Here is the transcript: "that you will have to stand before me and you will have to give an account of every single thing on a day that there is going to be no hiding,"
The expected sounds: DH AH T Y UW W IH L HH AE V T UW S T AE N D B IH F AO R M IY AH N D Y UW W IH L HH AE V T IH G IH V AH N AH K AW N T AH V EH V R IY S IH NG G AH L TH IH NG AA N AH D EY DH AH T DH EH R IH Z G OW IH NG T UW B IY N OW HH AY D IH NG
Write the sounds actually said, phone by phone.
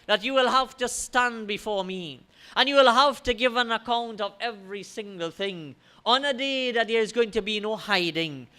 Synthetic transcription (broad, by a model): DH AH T Y UW W IH L HH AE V T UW S T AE N B IH F AO R M IY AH N Y UW W IH L HH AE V T IH G IH V AH N AH K AW N T AH V EH V R IY S IH NG G AH L TH IH NG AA N AH D EY DH AH T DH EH R IH Z G OW IH NG T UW B IY N OW HH AY D IH NG